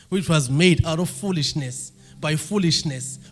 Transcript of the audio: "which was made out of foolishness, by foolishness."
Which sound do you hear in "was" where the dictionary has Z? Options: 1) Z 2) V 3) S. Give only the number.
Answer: 1